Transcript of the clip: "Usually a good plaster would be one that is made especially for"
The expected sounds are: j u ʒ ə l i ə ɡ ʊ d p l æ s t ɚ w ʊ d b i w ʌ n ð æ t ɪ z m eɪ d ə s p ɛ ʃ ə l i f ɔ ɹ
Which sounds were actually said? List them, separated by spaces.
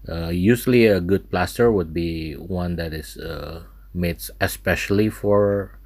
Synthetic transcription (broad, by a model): j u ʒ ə l i ə ɡ ʊ d p l æ s t ɚ w ʊ d b i w ʌ n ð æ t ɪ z m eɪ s ə s p ɛ ʃ ə l i f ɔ ɹ